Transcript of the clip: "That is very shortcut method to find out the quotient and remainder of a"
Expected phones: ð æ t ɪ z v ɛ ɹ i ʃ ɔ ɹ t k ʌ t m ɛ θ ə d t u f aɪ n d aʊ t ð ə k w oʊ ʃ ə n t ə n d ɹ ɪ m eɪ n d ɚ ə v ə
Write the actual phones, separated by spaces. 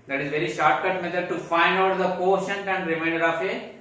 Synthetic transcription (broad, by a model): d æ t ɪ z v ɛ ɹ i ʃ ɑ ɹ t k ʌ t m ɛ t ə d t u f aɪ n d aʊ t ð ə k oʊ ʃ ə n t ə n d ɹ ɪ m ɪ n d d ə f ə